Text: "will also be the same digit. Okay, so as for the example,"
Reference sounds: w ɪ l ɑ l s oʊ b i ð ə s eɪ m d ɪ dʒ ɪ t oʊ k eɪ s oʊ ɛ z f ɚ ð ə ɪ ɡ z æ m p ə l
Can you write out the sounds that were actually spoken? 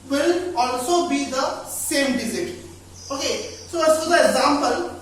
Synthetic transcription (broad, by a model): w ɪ l ɑ l s oʊ b i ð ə s eɪ m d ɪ z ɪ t oʊ k eɪ s oʊ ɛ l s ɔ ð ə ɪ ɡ z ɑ m p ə l